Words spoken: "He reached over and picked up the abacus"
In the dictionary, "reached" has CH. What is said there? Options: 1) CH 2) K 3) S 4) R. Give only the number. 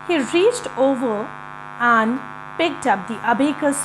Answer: 1